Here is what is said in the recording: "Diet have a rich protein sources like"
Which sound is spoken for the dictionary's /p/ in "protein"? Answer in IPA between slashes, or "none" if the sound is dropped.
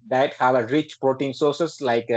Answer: /p/